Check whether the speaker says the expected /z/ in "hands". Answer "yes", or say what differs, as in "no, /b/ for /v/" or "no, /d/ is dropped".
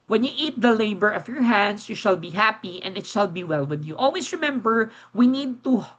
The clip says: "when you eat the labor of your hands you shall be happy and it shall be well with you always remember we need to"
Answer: no, /s/ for /z/